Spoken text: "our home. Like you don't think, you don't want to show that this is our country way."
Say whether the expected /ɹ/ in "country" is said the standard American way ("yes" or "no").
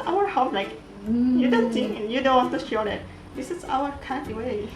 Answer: no